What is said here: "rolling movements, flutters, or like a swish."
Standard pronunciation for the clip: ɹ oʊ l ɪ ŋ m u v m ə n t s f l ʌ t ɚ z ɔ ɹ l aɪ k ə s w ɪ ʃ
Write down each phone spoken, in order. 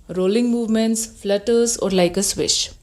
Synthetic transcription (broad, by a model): ɹ oʊ l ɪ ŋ m u v m ə n t s f l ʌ t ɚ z ɔ ɹ l aɪ k ə s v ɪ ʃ